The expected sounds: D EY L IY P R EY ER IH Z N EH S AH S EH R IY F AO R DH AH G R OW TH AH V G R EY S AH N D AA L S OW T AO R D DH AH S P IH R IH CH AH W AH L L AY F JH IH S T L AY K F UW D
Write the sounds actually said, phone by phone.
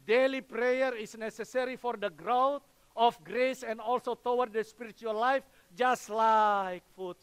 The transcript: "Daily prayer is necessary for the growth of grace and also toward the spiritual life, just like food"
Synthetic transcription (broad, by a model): D EY L IY P R EY ER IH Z N EH S AH S EH R IY F AO R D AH G R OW T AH F G R EY S AH N D AA L S OW T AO W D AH S P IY R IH CH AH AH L L AY F JH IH S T L AY K F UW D